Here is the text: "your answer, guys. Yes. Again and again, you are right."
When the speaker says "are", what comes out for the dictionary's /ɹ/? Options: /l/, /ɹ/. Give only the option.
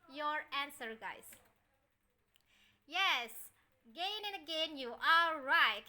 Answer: /l/